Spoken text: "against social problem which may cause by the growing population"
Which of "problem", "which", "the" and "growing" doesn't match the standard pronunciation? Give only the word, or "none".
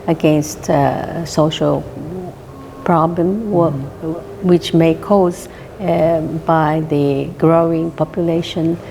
none